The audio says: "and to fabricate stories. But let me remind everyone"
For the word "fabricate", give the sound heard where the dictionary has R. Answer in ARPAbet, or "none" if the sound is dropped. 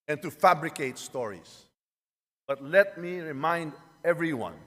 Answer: R